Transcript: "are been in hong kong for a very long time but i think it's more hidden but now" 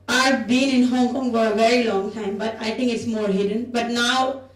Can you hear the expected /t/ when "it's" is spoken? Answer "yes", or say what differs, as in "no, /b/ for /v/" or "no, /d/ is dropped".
yes